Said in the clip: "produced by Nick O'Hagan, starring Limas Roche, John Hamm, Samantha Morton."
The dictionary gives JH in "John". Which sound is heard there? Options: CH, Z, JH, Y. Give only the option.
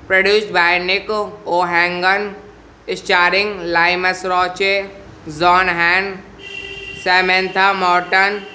Z